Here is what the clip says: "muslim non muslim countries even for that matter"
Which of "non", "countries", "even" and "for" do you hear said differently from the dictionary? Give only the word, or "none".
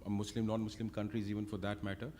none